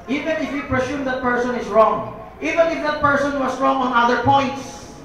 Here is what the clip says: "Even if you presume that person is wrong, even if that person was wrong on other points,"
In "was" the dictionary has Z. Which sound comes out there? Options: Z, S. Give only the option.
S